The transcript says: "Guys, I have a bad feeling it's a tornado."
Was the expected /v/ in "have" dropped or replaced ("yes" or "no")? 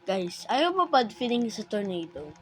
yes